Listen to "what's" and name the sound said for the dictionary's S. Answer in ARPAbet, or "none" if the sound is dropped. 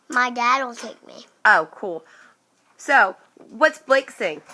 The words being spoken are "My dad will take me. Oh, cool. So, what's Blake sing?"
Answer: S